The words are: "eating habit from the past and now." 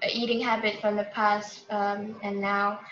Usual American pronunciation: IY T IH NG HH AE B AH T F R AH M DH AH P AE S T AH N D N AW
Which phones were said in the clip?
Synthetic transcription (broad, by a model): IY T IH NG HH AE B AH T F R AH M DH AH P AE S T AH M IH N AW